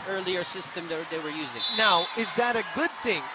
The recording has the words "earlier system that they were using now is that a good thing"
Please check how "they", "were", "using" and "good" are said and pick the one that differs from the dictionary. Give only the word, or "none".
none